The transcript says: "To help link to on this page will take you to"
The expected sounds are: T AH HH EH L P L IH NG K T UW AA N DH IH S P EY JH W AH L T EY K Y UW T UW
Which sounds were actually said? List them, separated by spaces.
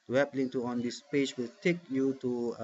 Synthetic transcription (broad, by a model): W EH P L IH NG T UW AA N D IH S P EY JH W AH L T EY K Y UW T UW